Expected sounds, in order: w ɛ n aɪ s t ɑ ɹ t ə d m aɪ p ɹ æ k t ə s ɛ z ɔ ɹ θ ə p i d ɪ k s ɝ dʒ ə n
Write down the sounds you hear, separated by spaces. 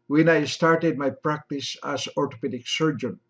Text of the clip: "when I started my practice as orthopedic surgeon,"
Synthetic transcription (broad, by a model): w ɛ n aɪ s t ɑ ɹ t ə d m aɪ p ɹ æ k t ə s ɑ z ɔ ɹ t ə p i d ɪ k s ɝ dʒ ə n